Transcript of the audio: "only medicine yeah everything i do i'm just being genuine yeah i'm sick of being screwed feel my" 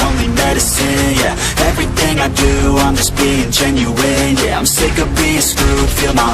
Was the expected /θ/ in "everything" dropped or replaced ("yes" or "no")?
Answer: no